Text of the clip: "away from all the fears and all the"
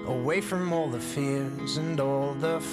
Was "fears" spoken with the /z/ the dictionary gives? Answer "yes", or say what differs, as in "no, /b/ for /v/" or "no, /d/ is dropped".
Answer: yes